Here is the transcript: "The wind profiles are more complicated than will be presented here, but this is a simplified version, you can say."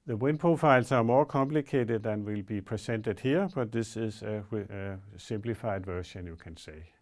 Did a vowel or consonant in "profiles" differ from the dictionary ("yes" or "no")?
yes